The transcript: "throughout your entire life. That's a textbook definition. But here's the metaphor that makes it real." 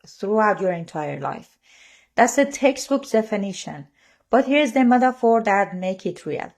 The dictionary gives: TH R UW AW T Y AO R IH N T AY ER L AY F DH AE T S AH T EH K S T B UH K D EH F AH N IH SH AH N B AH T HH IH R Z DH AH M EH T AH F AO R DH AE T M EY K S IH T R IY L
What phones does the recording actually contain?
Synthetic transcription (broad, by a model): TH R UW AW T Y AO R IH N T AY ER L AY F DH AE T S AH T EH K S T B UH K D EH F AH N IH SH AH N B AH T HH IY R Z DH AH M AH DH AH F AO R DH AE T M EY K IH T R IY L